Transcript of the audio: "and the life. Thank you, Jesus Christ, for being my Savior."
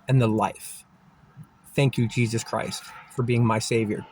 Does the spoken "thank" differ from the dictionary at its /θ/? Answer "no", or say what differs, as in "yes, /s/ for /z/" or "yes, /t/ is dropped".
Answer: no